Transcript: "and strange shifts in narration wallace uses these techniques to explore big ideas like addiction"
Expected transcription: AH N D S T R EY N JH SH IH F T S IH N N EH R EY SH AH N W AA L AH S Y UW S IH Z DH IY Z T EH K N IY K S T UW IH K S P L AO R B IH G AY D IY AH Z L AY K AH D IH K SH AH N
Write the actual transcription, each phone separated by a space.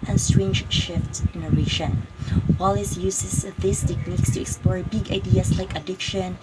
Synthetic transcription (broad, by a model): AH N S T R EY N JH SH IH F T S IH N N EH R EY SH AH N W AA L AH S Y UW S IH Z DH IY S T EH K N IY K S T UW IH K S P L AO R B IH G AY D IY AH S L AY K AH D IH K SH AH N